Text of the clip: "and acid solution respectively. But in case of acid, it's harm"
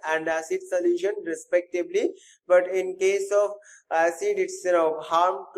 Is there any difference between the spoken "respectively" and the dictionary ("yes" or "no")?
yes